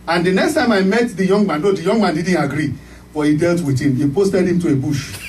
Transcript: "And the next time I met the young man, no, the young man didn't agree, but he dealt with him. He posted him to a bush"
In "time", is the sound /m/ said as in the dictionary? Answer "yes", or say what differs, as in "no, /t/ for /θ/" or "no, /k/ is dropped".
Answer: yes